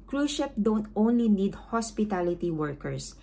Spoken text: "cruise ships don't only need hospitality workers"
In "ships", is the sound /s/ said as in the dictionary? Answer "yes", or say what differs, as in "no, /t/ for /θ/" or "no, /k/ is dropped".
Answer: no, /s/ is dropped